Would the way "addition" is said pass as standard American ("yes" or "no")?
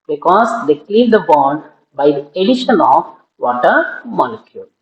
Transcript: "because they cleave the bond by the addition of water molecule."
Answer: yes